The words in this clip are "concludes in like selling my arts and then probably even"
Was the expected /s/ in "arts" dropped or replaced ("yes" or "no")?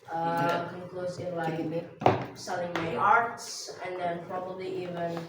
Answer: no